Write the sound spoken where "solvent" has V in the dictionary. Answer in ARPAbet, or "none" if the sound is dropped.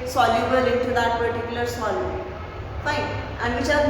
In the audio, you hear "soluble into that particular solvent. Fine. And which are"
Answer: none